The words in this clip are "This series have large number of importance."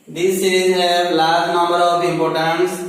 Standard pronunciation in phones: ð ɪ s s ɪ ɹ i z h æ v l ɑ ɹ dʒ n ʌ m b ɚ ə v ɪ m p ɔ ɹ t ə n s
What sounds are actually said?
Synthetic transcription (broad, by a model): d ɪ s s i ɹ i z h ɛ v l ɑ ɹ dʒ n ʌ m b ɚ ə b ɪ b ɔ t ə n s